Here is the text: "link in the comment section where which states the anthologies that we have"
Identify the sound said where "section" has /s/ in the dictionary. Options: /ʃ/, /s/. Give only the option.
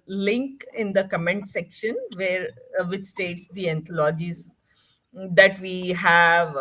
/s/